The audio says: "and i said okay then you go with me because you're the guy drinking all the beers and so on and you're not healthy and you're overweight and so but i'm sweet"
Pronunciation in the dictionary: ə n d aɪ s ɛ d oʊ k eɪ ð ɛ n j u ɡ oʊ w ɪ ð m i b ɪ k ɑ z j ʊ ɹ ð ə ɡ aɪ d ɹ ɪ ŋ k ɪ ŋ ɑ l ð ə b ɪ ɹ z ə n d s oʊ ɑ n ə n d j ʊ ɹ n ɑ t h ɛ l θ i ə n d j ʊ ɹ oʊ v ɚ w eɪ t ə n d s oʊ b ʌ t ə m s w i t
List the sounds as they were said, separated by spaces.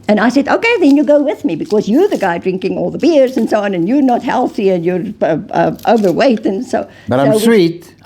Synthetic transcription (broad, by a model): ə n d aɪ s ɛ d oʊ k eɪ ð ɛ n j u ɡ oʊ w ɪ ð m i b ɪ k ɑ z j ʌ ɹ ð ə ɡ aɪ d ɹ ɪ ŋ k ɪ ŋ ɑ l ð ə b ɪ ɹ z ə n s oʊ ɑ n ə n j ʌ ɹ n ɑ t h ɛ l θ i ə n j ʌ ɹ oʊ v ɚ w eɪ t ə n s oʊ b ʌ t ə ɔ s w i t